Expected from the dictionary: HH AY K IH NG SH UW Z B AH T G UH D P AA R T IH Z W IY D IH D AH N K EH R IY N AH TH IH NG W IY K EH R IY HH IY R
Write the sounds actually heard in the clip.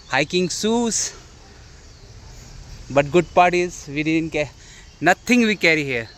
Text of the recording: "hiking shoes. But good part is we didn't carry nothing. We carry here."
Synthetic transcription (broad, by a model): HH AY K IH NG S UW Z B AH T G UH D P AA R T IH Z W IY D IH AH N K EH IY N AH T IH NG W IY K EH R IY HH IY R